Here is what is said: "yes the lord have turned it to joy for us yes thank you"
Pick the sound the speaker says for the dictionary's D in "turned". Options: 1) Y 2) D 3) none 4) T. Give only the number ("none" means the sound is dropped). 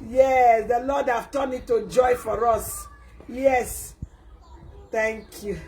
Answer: 3